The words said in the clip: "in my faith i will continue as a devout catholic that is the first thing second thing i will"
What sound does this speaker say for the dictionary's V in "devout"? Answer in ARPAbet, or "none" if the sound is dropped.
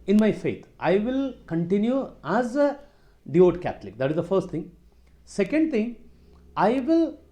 none